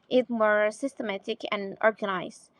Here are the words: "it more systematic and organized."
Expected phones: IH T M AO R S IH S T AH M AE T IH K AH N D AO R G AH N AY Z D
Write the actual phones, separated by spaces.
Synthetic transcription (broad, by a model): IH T M AO R S IH S T AH M AE T IH K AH N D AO R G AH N AY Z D